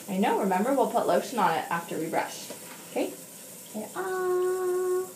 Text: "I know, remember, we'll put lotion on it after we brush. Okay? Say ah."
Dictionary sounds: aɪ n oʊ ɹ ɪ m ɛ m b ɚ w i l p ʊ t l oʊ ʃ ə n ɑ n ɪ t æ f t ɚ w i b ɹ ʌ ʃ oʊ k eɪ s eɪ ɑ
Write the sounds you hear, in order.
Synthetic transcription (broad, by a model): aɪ n oʊ ɹ ɪ m ɛ m b ɚ w i l p ʊ t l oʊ s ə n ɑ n ɪ t æ f t ɚ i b ɹ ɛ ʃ oʊ k eɪ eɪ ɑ